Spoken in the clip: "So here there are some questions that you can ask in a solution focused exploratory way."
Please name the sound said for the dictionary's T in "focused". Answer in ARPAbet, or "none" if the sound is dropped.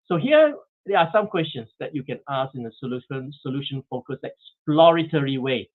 none